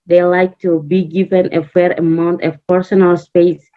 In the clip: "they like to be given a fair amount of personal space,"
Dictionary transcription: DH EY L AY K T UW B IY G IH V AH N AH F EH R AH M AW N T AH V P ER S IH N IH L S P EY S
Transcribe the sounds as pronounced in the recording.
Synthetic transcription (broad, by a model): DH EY L AY K T UW B IY G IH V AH N AH F EH R AH M AW N T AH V P ER S IH N IH L S P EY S